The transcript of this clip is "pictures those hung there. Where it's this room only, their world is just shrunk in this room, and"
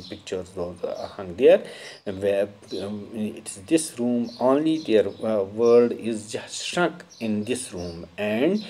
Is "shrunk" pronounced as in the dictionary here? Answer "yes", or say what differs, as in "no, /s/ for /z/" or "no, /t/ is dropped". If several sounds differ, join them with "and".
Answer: no, /ŋ/ is dropped